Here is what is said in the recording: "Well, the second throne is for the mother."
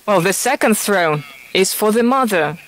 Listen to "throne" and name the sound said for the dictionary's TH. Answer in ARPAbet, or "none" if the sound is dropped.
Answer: TH